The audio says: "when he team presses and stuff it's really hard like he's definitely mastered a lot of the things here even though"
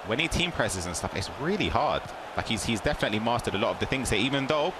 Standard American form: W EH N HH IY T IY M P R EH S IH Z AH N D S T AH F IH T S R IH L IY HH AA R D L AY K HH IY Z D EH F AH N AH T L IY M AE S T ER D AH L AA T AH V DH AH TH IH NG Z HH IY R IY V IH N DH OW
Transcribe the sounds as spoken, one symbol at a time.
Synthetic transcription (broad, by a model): W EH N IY T IY M P R EH S IH Z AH N S T AH F IH T S R IH L IY HH AA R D L AY K HH IY Z D EH F AH N AH T L IY M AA S T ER D AH L AA T AH V DH AH TH IH NG Z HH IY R IY V IH N DH OW